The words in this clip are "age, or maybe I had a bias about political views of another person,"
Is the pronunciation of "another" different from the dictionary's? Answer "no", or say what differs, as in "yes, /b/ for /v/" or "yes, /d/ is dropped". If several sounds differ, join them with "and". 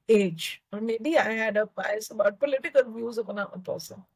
yes, /ð/ is dropped